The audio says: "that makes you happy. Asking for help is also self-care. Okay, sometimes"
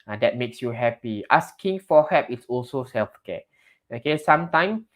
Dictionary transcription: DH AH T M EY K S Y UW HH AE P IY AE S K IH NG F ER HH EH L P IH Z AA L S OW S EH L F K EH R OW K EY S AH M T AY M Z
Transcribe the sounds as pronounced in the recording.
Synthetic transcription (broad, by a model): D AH T M EY K S Y UW HH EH P IY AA S K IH NG F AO HH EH P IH S AA L S OW S EH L F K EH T OW K EY S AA M T AY M